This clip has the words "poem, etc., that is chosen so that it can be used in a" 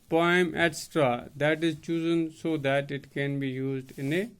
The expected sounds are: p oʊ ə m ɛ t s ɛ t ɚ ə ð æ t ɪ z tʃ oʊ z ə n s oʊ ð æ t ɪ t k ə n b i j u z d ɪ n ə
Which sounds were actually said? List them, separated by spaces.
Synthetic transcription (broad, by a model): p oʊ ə m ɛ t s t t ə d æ t ɪ z tʃ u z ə n s oʊ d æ t ɪ t k ə n b i j u z d ɪ n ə